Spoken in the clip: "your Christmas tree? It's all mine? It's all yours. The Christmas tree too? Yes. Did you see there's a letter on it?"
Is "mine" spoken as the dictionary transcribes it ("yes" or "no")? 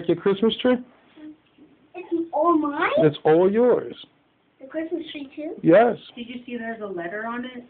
no